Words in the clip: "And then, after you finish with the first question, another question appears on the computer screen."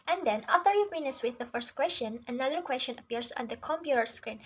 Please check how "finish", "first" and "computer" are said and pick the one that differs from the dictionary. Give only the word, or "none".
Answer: finish